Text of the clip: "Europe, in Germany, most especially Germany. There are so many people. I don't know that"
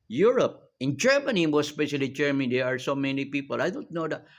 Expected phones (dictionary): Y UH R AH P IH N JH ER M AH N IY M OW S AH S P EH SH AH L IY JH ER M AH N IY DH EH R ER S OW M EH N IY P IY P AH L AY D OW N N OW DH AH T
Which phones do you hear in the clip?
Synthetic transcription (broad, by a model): Y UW R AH P IH N JH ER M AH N IY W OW AH S P EH SH AH L IY JH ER M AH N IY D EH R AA S OW M EH N IY P IY P AH L AY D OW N N OW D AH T